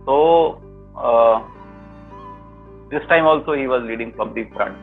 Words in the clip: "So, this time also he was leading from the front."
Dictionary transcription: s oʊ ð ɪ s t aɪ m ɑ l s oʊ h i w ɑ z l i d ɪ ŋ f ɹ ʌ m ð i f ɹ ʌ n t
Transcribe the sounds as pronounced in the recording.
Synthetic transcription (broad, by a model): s oʊ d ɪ s t aɪ m ɑ l s oʊ h i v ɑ z l i d ɪ ŋ p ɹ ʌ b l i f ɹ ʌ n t